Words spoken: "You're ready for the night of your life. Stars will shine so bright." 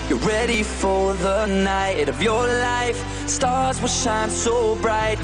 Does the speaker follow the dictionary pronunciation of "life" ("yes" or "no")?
yes